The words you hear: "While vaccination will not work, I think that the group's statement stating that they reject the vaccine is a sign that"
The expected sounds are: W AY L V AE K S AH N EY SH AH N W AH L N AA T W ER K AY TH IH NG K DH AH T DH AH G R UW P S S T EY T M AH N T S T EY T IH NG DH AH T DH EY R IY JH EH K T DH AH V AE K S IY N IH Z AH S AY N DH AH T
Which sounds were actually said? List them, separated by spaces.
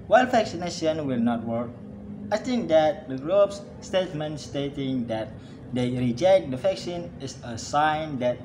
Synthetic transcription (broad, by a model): W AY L F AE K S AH N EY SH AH N W AH L N AA T W ER K AY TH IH NG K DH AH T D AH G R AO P S S T EY T M AH N T S T EY T IH NG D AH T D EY R IY JH EH K T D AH F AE K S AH N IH S AH S AY N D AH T